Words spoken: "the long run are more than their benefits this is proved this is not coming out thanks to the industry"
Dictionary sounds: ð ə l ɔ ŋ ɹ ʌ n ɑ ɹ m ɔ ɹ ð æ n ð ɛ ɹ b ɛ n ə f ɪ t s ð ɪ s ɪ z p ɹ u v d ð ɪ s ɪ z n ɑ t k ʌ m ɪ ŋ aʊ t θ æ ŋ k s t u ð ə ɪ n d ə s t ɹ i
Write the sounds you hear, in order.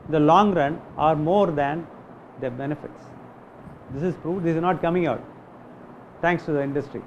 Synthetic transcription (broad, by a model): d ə l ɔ ŋ ɹ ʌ n ɑ ɹ m ɔ ɹ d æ n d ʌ b ɛ n ə f ɪ t s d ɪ s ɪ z p ɹ u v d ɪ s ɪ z n ɑ t k ʌ m ɪ ŋ aʊ t t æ ŋ k s t u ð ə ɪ n d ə s t ɹ i